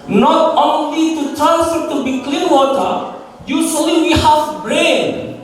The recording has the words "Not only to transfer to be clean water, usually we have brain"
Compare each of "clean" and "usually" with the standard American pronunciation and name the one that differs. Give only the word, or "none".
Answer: usually